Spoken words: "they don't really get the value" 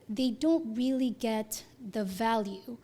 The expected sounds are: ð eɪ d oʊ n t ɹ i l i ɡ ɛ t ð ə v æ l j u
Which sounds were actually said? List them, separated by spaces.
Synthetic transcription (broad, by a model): ð eɪ d oʊ n t ɹ i l i ɡ ɛ t ð ə v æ l j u